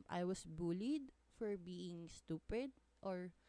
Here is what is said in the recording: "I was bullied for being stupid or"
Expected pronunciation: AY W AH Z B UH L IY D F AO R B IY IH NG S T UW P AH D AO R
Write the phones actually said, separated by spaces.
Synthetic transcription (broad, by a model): AY W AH S B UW L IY D F AO R B IY IH NG S T UW P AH D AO R